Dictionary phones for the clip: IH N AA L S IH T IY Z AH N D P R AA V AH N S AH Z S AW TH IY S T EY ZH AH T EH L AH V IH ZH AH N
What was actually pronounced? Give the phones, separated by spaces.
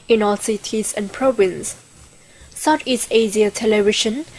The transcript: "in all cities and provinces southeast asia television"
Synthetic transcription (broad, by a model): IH N AA L S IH T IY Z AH N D P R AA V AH N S S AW T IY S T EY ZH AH T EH L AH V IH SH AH N